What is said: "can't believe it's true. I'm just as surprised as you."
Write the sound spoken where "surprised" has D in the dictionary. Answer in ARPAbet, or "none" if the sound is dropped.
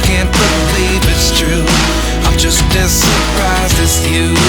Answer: none